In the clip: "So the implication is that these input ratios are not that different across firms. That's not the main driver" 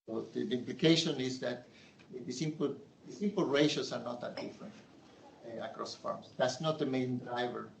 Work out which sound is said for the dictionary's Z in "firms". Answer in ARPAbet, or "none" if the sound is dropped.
S